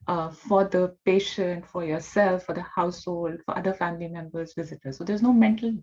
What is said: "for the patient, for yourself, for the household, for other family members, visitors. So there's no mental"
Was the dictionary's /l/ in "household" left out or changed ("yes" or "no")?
no